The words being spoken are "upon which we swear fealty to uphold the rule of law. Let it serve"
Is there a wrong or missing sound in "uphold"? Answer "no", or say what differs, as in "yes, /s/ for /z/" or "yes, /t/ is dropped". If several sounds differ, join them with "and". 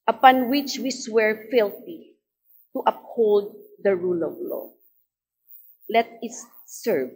no